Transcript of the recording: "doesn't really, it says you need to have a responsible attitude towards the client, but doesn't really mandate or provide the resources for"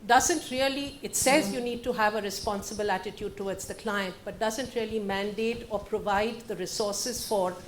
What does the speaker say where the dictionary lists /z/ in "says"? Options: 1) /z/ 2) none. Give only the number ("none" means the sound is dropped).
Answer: 1